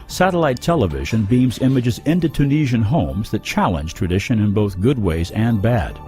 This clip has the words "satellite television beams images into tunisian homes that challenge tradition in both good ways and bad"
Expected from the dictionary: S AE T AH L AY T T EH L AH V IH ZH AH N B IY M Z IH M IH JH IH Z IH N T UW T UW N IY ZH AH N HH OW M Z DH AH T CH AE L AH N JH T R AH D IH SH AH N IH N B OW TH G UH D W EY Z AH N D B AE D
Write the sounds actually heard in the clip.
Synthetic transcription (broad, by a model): S AE T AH L AY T T EH L AH V IH ZH AH N B IY M Z IH M IH JH IH Z IH N T UW T UW N IY ZH AH N HH OW M Z DH AH T CH AE L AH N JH T R AH D IH SH AH N IH N B OW TH G UH D W EY Z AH N B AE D